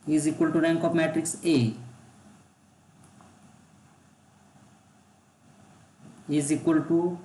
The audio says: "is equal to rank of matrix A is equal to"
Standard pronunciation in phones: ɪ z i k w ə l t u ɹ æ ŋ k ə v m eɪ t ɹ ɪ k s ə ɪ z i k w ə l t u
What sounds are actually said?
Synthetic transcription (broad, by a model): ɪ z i k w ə l t u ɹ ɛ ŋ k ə p m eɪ t ɹ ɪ k s ə ɪ z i k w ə l t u